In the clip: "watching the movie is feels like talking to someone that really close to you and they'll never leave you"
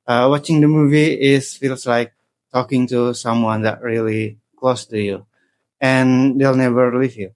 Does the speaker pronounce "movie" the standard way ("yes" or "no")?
yes